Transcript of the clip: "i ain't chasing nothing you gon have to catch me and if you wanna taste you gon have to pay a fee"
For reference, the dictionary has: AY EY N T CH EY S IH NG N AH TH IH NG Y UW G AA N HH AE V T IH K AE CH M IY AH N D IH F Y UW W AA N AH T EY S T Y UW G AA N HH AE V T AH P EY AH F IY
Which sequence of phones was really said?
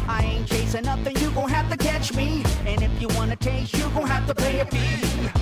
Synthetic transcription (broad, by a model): AY EY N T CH EY S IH N AH TH IH NG Y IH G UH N HH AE F T IH K AE CH M IY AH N IH F Y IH W AA N AH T EY S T Y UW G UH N HH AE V T AH P EY AH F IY